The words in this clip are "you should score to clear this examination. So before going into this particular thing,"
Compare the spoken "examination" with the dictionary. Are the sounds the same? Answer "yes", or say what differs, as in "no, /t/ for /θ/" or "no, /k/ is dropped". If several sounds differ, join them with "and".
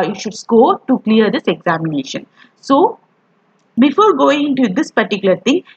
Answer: yes